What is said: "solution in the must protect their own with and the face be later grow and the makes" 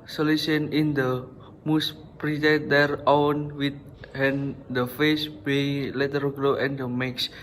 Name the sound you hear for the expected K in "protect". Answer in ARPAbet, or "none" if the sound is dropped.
none